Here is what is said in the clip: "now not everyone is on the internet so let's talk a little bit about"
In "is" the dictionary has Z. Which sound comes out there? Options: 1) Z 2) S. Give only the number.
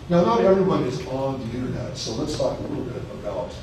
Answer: 1